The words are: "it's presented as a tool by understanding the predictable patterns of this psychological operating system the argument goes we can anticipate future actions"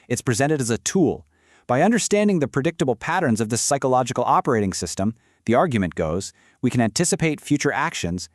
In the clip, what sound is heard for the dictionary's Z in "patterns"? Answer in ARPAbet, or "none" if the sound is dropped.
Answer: Z